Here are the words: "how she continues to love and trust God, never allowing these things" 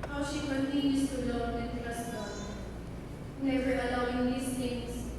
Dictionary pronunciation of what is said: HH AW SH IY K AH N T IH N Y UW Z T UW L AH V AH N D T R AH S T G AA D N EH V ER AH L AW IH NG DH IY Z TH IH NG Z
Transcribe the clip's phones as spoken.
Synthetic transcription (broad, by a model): HH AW SH IY K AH N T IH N Y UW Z T UW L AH AH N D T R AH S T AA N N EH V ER AH L AW IH NG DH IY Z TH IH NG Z